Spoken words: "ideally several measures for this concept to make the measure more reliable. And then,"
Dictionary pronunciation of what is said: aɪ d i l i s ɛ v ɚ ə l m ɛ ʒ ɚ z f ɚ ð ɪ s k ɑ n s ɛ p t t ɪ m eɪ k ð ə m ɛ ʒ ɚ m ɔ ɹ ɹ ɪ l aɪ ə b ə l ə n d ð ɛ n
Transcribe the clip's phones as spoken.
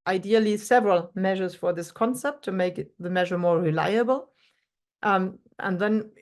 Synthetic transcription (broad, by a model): aɪ d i l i s ɛ v ɚ ə l m ɛ ʒ ɚ z f ɚ ð ɪ s k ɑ n s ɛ p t t ɪ m eɪ k ð ə m ɛ ʒ ɚ m ɔ ɹ ɹ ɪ l aɪ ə b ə l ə n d ð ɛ n